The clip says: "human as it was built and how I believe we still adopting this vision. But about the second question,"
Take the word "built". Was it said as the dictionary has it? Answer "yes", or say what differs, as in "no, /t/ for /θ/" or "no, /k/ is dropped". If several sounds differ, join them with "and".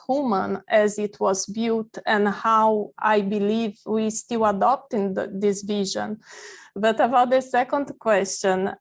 no, /l/ is dropped